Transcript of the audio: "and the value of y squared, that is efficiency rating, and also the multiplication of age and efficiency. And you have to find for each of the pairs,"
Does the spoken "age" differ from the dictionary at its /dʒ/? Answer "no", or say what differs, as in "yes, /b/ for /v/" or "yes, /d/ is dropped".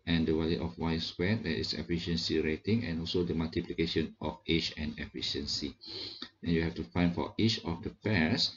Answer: yes, /tʃ/ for /dʒ/